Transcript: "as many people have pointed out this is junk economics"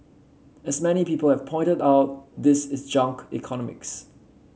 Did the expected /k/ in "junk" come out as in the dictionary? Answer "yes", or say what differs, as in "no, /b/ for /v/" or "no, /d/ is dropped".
yes